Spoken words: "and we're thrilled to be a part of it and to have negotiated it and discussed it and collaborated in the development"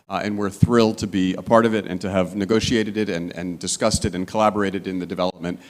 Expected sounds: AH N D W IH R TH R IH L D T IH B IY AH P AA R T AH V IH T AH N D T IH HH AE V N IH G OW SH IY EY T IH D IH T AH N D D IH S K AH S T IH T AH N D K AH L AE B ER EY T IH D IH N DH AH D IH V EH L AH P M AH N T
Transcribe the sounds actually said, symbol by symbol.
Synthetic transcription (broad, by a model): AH N W IH R TH R IH L D T IH B IY AH P AA R T AH V IH T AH N T IH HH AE V N IH G OW SH IY EY T IH D IH T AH N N D IH S K AH S T IH T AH N K AH L AE B ER EY T IH D IH N DH AH D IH V EH L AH P M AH N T